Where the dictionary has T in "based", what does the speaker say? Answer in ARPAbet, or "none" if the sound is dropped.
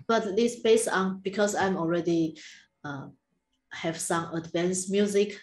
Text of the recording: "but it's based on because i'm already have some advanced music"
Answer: none